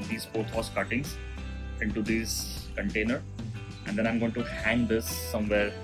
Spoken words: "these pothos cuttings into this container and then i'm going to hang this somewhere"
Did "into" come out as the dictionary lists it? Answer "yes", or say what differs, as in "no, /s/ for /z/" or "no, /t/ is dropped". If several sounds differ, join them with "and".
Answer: yes